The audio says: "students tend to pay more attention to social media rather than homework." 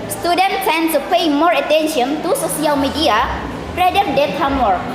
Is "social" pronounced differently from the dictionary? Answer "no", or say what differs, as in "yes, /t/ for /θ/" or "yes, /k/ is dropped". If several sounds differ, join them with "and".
yes, /s/ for /ʃ/